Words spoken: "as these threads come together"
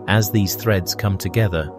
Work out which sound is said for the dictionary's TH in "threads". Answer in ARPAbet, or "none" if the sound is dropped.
TH